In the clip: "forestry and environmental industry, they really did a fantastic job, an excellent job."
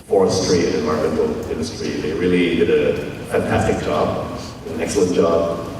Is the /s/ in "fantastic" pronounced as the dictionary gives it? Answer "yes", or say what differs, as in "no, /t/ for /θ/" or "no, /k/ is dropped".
no, /s/ is dropped